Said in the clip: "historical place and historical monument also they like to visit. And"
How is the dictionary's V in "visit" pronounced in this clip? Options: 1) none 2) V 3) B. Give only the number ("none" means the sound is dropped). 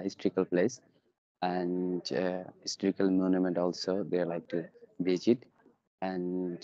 3